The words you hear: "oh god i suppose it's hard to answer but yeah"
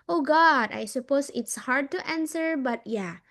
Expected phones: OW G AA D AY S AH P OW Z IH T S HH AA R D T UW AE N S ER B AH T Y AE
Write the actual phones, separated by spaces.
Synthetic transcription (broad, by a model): OW G AA D AY S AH P OW S IH T S HH AA R D T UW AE N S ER B AH T Y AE